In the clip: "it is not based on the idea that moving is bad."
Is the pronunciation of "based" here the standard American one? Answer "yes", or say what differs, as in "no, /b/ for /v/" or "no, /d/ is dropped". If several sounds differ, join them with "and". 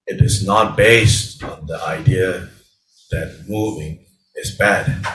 yes